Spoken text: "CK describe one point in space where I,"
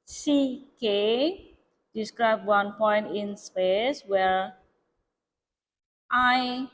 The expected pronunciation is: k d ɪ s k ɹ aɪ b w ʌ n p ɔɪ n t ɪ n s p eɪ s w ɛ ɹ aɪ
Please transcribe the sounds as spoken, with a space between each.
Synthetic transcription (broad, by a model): k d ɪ s k ɹ aɪ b w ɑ n p ɔɪ n t ɪ n s p eɪ s w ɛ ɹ aɪ